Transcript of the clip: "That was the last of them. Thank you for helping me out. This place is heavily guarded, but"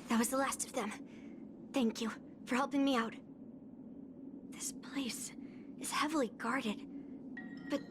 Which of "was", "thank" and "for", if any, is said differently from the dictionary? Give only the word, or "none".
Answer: none